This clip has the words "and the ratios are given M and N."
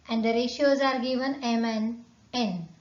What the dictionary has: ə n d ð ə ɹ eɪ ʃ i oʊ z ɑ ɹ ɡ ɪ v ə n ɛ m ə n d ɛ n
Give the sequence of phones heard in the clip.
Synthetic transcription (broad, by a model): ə n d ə ɹ eɪ ʃ i oʊ z ɑ ɹ ɡ ɪ v ə n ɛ m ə n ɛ n